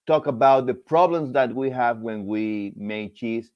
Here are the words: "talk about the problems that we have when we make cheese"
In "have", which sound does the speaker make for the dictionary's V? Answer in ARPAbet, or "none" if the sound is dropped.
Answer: V